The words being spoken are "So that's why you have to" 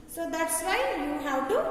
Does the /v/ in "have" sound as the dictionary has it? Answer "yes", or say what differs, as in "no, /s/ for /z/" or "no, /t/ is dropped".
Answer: no, /w/ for /v/